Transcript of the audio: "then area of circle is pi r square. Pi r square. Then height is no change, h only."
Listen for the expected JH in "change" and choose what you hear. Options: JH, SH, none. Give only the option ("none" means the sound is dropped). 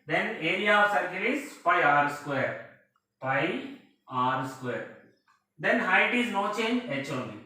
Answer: none